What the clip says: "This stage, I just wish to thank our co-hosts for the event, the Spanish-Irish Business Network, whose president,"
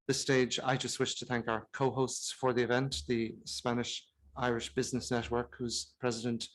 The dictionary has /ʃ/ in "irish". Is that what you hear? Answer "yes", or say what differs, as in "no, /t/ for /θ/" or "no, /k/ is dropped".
yes